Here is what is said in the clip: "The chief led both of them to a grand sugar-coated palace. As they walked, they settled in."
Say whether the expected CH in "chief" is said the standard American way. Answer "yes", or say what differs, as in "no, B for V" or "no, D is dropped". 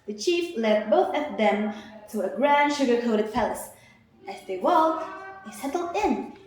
yes